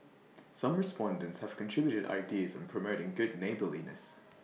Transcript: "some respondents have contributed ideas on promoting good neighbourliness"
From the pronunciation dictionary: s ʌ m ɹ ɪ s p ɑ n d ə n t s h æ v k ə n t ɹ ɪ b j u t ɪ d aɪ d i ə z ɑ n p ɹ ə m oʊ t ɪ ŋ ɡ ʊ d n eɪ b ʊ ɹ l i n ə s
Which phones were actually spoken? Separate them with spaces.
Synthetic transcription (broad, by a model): s ʌ m ɹ ɪ s p ɑ n d ə n t s h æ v k ə n t ɹ ɪ b j u t ɪ d aɪ d i ə z n p ɹ ə m oʊ t ɪ ŋ ɡ ʊ d n eɪ b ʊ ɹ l i n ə s